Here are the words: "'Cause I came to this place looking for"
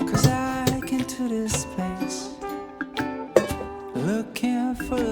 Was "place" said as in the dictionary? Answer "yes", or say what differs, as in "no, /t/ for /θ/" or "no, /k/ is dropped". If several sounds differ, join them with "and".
no, /l/ is dropped